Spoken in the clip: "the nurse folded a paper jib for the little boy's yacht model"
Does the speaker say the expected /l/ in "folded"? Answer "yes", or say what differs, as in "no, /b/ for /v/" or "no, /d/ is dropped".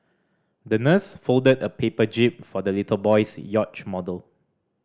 yes